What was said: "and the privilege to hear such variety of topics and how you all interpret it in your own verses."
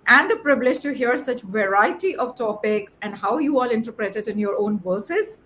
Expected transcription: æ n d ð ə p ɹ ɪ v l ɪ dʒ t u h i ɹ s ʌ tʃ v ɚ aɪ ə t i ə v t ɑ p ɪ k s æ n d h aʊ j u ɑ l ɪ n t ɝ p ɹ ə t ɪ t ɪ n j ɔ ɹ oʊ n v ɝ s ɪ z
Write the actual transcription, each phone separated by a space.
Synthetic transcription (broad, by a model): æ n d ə p ɹ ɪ b l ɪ dʒ t u h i ɹ s ʌ tʃ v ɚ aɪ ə t i ə v t ɑ p ɪ k s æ n d h aʊ j u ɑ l ɪ n t ɝ p ɹ ə t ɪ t ɪ n j ɔ ɹ oʊ n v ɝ s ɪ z